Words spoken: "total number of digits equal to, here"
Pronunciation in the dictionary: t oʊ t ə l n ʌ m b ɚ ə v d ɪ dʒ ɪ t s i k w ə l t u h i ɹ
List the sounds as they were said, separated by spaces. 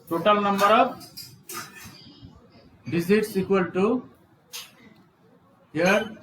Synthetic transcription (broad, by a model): t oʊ t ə l n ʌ m b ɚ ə b d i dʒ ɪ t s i k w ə l t u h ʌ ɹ